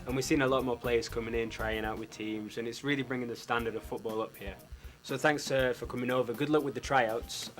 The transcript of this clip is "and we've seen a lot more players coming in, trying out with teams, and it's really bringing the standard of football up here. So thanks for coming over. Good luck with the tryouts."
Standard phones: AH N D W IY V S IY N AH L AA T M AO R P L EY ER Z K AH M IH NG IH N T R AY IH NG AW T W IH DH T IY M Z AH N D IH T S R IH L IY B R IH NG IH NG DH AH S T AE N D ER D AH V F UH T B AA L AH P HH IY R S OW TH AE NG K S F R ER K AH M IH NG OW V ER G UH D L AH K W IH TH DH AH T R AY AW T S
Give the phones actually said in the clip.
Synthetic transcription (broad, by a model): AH N W IY V S IY N AH L AA T M AO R P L EY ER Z K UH M IH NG IH N T R AY IH NG AW T W IH DH T IY M Z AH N IH T S R IH L IY B R IH NG IH NG DH AH S T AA N D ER D AH V F UH T B AA L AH P HH IY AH S OW TH AE NG K S F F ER K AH M IH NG OW V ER G UH D L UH K W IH DH AH T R AY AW T S